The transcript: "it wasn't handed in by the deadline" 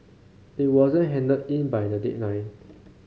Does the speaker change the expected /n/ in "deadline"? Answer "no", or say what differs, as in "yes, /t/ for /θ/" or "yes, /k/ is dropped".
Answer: yes, /n/ is dropped